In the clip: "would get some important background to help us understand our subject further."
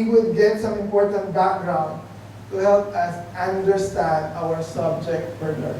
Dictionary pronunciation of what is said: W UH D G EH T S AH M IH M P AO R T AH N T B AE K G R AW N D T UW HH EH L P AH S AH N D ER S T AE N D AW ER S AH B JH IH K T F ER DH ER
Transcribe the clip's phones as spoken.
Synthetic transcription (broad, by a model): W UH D G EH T S AH M IH M P AO R T AH N T B AE K G R AW N D T UW HH EH L P AH S AH N D ER S T AE N D AW ER S AH B JH IH K T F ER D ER